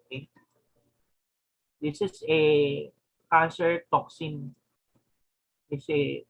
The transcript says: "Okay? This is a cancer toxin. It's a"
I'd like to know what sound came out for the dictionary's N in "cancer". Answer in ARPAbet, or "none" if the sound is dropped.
none